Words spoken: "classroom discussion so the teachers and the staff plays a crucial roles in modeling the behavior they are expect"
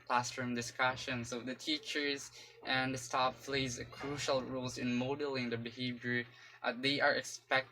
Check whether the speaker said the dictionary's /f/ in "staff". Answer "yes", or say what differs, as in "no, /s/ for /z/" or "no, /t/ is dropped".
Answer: no, /p/ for /f/